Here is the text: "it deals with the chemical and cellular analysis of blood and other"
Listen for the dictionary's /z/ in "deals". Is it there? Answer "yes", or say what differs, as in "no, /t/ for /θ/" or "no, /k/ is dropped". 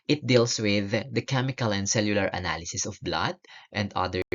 no, /s/ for /z/